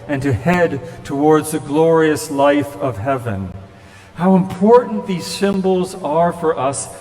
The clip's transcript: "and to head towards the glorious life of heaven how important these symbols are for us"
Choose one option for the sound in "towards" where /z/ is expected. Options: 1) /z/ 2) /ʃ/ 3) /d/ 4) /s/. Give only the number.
1